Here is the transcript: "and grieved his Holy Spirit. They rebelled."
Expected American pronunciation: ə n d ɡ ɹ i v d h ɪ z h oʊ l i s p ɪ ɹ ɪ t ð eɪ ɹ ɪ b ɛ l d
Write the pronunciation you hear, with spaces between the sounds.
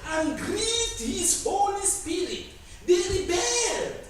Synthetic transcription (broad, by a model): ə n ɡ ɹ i d h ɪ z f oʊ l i s p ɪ ɹ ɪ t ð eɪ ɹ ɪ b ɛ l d